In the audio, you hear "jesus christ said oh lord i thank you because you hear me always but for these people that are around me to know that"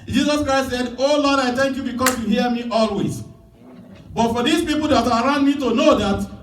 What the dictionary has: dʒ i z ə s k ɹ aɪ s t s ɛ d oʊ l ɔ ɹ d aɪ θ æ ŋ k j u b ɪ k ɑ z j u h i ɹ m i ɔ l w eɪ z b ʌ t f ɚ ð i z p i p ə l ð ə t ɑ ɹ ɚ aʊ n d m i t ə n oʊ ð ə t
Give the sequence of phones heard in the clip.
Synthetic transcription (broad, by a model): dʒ i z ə s k ɹ aɪ s t s ɛ d oʊ l ɔ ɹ d aɪ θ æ ŋ k j u b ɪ k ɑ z j u h i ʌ m i ɔ l w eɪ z b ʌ t f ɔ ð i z p i p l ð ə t ɑ ɹ aʊ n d m i t ə n oʊ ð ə t